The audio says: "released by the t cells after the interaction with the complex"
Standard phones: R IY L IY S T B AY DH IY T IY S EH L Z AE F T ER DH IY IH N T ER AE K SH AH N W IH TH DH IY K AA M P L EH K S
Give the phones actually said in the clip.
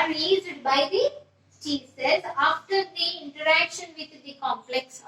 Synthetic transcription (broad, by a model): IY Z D B AY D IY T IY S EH Z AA F T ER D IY IH N T ER AE K SH AH N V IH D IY K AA M P L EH K S